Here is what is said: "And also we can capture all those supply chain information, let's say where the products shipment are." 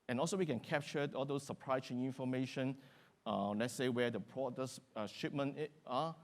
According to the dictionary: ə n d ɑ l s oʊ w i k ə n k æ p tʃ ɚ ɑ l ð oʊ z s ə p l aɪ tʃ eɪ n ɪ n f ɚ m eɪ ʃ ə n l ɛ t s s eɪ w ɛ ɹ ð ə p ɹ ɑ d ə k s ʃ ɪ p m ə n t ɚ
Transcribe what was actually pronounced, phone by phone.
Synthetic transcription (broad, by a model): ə n ɑ l s oʊ w i k ə n k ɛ p tʃ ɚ ɑ l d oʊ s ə p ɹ aɪ s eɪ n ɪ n f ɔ m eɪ ʃ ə n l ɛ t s s eɪ w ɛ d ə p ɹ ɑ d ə s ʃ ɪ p m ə n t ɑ